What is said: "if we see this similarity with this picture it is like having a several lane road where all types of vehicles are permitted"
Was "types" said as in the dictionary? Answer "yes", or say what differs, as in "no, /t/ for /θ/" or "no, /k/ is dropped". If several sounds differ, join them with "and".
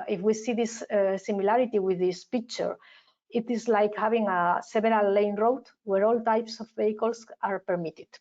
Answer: yes